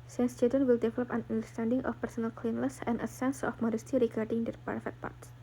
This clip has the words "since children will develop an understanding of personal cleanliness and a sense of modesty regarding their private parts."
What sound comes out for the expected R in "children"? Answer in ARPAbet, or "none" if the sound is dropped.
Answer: none